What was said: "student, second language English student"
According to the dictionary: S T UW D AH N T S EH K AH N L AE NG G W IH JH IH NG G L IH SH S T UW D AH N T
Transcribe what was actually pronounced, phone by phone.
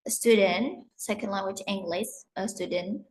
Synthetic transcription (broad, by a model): S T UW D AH N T S EH K AH N L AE NG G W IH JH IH NG G L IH S S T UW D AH N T